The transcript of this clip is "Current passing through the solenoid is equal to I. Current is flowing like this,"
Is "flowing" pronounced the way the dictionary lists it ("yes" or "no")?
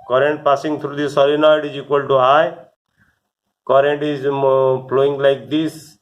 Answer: no